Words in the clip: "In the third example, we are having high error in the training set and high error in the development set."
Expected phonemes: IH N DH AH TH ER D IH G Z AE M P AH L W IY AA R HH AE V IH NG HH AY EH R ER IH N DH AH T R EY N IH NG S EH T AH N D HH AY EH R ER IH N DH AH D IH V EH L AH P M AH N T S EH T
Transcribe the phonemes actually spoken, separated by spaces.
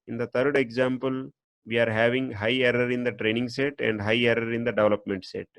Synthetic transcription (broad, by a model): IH N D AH T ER D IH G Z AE M P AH L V IY AA R HH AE V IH NG HH AY EH R ER IH N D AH T R EY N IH NG S EH T AH N D HH AY EH R ER IH N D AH D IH V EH L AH P M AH N T S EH T